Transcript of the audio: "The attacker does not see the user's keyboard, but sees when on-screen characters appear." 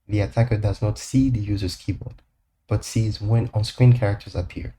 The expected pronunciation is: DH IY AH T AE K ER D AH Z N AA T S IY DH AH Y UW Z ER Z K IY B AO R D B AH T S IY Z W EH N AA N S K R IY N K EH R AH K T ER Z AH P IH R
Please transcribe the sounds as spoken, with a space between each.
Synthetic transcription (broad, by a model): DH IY AH T AE K ER D AH Z N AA T S IY DH AH Y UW Z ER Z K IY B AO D B AH T S IY Z W EH N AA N S K R IY N K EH R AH K T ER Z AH P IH R